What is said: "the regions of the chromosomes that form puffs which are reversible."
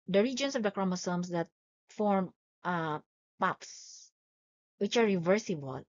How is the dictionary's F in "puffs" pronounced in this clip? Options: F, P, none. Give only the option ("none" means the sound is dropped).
P